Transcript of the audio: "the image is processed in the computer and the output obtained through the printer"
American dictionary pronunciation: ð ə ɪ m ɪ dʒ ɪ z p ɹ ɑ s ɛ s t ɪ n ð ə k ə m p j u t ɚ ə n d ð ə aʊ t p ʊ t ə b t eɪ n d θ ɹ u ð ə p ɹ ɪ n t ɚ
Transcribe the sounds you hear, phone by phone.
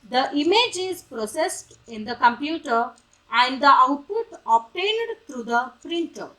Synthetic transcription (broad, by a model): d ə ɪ m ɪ dʒ ɪ z p ɹ ɑ s ɛ s t ɪ n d ə k ə m p j u t ɚ ə n d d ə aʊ t p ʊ t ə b t eɪ n d t ɹ u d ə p ɹ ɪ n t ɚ